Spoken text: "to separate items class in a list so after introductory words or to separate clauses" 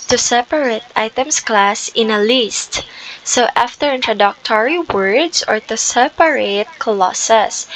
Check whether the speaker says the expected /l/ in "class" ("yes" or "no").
yes